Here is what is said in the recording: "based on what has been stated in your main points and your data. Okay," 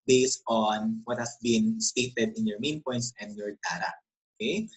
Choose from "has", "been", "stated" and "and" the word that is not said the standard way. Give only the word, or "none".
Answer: has